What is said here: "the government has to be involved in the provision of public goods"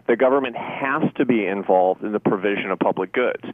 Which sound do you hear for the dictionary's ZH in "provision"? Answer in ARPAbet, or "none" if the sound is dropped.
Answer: ZH